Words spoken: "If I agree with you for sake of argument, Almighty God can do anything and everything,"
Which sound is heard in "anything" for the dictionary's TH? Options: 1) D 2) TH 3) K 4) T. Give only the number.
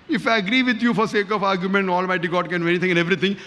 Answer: 4